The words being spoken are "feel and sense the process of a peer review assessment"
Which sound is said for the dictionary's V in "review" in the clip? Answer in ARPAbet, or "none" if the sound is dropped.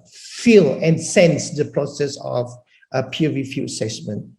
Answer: F